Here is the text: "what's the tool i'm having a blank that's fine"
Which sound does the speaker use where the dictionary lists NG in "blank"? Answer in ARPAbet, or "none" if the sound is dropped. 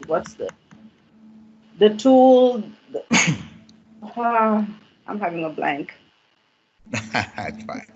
NG